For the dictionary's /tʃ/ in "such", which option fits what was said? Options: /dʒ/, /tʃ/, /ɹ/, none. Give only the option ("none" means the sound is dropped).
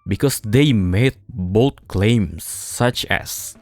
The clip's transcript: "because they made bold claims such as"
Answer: /tʃ/